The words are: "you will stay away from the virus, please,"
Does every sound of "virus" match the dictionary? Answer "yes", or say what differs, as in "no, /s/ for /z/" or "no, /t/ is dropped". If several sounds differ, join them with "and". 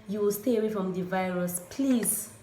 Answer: yes